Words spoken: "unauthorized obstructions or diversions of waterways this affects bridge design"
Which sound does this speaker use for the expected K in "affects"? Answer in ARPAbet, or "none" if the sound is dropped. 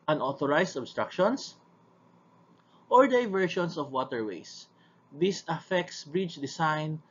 K